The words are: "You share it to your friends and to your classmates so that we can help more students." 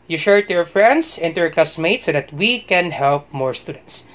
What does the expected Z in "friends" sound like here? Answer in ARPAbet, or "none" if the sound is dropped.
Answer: S